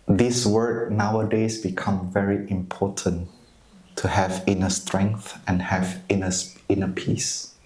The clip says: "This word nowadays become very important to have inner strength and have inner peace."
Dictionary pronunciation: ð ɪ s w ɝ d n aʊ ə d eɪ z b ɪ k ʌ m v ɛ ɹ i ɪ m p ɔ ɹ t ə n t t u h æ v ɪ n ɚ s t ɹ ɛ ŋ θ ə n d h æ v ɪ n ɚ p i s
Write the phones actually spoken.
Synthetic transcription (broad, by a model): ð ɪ s w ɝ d n aʊ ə d eɪ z b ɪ k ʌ m v ɛ ɹ i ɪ m p ɔ t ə n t t u h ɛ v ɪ n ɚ s t ɹ ɛ ŋ θ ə n h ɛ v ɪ n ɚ p i s